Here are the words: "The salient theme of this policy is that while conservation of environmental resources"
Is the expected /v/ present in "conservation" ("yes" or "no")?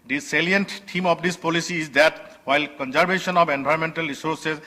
no